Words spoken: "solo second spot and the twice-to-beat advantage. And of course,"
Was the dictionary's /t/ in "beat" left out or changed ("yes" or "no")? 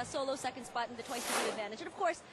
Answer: yes